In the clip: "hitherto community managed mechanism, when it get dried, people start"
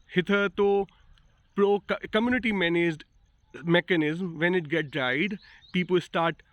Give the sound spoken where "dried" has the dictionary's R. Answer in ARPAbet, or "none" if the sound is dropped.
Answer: none